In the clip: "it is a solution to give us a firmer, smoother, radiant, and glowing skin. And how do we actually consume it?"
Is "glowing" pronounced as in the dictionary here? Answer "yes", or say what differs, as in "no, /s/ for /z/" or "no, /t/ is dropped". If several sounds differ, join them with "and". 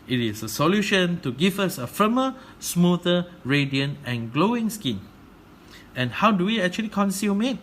yes